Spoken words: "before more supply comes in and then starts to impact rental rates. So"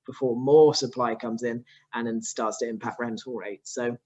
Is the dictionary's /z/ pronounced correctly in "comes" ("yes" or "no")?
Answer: yes